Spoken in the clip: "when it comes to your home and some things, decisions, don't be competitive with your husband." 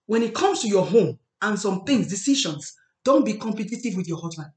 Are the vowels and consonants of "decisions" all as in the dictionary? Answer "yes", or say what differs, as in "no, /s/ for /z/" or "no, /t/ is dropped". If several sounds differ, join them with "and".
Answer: no, /ʃ/ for /ʒ/